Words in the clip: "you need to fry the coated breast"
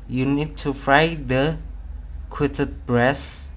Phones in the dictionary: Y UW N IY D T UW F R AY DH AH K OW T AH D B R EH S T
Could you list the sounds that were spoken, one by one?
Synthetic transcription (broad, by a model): Y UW N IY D T UW F R AY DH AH K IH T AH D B R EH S